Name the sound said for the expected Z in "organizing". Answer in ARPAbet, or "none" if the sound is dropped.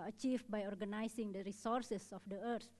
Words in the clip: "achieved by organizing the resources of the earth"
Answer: S